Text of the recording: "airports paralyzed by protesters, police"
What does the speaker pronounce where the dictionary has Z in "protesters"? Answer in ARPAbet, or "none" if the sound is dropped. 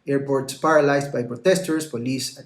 S